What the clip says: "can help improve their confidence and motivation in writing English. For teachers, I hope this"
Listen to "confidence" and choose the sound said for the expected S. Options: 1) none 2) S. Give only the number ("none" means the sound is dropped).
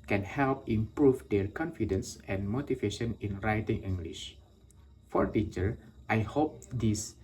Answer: 2